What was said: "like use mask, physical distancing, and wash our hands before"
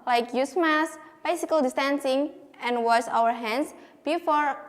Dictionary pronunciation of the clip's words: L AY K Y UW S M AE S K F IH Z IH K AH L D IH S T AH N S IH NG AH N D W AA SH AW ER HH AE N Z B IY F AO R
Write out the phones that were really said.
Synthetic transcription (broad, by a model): L AY K Y UW S M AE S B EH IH S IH K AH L D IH S T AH N S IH NG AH N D W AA S AW ER HH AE N S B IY F AO R